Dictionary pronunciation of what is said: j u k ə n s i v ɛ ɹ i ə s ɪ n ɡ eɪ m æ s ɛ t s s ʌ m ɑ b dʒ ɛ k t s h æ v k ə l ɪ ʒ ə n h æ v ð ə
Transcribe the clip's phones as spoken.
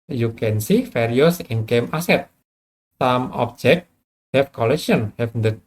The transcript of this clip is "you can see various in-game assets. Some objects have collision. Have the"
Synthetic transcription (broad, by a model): j u k ə n s i f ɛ ɹ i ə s ɪ n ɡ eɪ m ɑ s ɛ t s s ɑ m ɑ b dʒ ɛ k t h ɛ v k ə l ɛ ʃ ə n h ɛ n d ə